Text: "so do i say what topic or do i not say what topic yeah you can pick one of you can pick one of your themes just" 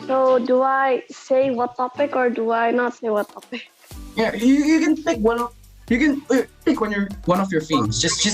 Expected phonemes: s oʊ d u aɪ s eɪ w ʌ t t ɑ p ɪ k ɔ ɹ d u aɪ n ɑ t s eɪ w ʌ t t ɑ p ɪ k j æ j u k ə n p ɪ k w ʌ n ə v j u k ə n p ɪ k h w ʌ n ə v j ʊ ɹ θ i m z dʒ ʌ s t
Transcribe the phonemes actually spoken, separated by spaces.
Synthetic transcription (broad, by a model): s oʊ d u aɪ s eɪ w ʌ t t ɑ p ɪ k ɔ ɹ d u aɪ n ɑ t s eɪ w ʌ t t ɑ p ɪ k j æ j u k ə n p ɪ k w ʌ n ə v j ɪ k ə n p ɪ k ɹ w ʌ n ə v j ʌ ɹ f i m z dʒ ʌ s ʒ